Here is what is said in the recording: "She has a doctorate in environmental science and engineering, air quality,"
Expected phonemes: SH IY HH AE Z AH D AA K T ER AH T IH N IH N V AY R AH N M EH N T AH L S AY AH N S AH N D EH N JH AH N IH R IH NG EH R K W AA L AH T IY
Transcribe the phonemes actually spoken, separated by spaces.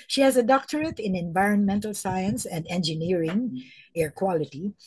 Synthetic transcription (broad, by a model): SH IY HH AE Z AH D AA K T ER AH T IH N IH N V AY R AH N M EH N T AH L S AY AH N S AH N D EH N JH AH N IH R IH NG EH R K W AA L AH T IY